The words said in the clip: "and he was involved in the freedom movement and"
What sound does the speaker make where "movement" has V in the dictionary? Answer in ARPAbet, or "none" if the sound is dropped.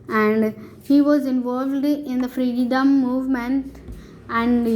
V